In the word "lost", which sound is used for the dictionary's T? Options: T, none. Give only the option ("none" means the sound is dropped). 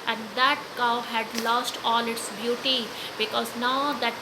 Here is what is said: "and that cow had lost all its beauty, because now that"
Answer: T